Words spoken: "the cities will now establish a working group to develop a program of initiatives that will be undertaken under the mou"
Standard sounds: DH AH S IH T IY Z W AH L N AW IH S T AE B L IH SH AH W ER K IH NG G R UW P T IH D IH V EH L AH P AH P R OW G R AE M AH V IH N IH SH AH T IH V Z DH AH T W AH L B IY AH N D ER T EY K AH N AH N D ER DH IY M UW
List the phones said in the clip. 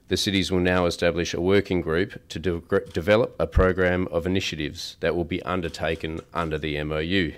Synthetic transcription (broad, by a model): DH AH S IH T IY Z W AH L N AW IH S T AE B L IH SH AH W ER K IH NG G R UW P T IH D IH V EH L AH P AH P R OW G R AE M AH V IH N IH SH AH T IH V Z DH AH T W AH L B IY AH N D ER T EY K AH N AH N D ER DH IY M UW